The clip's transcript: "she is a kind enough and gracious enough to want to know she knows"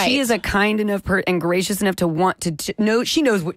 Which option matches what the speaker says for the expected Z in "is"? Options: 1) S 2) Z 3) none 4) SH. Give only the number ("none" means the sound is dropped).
2